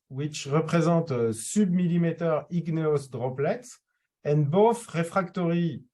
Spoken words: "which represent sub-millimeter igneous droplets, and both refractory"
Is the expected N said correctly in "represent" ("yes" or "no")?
no